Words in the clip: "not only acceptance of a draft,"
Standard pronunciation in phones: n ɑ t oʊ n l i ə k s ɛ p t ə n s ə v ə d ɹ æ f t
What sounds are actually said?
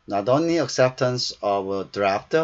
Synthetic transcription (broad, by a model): n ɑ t oʊ n l i ə k s ɛ p t ə n s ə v ə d ɹ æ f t